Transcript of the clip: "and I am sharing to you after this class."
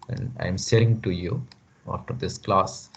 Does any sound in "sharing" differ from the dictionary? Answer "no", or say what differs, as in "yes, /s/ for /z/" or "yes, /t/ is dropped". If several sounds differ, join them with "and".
yes, /s/ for /ʃ/